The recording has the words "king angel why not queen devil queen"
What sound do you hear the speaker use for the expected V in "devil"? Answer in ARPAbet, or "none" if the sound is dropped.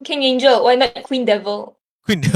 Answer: V